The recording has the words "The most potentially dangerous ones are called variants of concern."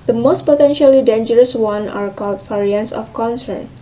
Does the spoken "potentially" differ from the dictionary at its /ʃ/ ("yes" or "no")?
no